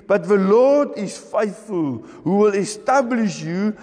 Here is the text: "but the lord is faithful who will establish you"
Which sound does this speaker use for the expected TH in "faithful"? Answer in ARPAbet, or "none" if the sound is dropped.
TH